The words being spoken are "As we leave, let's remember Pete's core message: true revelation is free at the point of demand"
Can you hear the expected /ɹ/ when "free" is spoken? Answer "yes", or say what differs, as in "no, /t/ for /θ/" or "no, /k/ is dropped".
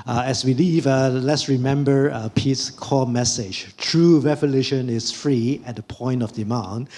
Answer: yes